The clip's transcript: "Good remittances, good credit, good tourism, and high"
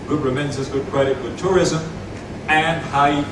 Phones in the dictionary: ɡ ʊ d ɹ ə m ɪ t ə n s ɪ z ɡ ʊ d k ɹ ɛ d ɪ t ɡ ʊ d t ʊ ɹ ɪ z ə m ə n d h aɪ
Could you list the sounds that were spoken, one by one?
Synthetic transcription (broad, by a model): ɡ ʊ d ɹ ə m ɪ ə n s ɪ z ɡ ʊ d k ɹ ɛ d ɪ t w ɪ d t ʊ ɹ ɪ z ə m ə n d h aɪ